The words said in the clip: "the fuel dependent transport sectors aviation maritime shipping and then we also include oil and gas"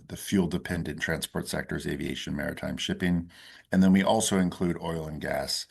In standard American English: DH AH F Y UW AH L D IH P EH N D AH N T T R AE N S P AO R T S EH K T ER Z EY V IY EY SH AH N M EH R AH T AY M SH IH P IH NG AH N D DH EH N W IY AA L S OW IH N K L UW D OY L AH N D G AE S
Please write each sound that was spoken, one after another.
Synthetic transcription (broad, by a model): DH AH F Y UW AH L D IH P EH N D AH N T T R AE N S P AO R T S EH K T ER Z EY V IY EY SH AH N M EH R AH T AY M SH IH P IH NG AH N DH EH N W IY AA L S OW IH N K L UW D OY L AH N G AE S